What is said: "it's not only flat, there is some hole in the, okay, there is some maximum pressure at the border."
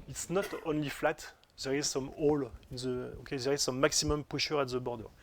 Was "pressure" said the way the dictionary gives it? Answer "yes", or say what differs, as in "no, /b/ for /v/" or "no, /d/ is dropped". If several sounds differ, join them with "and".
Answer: no, /ɹ/ is dropped